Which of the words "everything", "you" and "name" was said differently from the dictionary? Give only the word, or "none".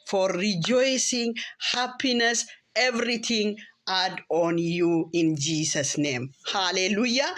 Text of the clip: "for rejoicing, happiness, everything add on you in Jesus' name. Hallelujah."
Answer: everything